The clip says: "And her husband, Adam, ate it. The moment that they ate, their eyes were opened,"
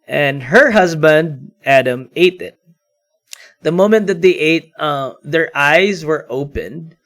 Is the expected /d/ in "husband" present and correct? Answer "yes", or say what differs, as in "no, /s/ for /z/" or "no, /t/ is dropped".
yes